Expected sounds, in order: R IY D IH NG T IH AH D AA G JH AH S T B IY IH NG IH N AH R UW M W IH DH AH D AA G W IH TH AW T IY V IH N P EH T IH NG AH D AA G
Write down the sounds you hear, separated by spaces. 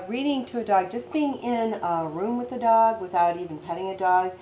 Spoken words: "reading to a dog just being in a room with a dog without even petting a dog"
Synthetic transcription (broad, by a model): R IY D IH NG T IH AH D AA G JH AH S B IY IH NG IH N AH R UW M W IH DH AH D AA G W IH TH AW T IY V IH N P EH T IH NG AH D AA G